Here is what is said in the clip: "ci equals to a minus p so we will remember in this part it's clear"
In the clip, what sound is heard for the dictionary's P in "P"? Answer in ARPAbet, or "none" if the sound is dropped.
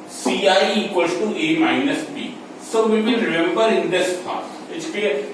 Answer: B